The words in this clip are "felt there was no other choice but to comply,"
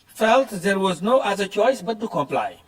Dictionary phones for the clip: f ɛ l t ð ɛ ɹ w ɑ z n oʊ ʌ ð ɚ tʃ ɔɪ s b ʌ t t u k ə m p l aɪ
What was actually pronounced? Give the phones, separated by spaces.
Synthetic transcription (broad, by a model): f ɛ l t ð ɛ ɹ w ɑ z n oʊ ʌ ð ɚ tʃ ɔɪ s b ʌ t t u k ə m p l aɪ